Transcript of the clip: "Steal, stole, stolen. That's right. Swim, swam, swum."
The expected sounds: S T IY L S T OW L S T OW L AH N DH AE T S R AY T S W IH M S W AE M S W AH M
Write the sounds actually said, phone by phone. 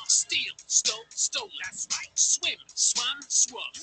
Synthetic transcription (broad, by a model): S T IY L S T OW N S T OW AH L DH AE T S L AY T S W IH M S W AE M S W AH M